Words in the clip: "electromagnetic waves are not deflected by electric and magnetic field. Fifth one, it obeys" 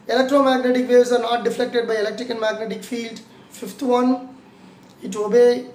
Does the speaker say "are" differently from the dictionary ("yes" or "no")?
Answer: no